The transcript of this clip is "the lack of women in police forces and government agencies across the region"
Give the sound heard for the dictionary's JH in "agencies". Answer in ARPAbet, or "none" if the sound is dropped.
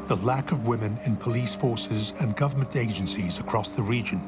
JH